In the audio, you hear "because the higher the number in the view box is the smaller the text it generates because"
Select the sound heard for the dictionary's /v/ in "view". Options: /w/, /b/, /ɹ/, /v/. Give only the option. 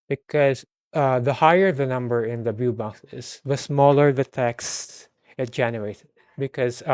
/b/